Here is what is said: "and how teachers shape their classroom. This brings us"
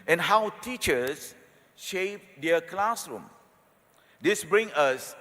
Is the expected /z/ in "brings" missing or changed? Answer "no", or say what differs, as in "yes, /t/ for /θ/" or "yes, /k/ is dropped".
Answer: yes, /z/ is dropped